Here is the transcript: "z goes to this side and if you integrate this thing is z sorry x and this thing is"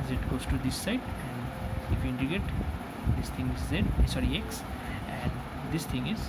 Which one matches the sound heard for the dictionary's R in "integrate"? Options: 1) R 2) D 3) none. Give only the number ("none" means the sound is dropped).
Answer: 3